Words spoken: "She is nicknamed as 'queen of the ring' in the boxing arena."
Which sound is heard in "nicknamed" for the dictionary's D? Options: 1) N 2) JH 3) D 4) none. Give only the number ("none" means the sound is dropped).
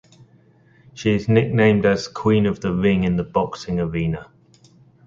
3